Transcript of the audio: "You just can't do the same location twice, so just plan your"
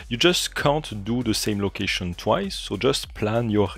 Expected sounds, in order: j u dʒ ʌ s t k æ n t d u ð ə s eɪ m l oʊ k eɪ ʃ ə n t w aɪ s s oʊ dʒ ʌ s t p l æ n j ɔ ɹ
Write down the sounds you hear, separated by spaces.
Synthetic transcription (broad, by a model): j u dʒ ʌ s t k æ n t d u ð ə s eɪ m l oʊ k eɪ ʃ ə n t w aɪ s s oʊ dʒ ʌ s t p l æ n j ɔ